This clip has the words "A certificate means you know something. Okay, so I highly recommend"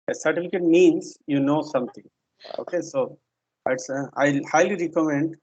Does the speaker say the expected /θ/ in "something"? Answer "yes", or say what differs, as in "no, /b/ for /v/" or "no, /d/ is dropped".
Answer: no, /t/ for /θ/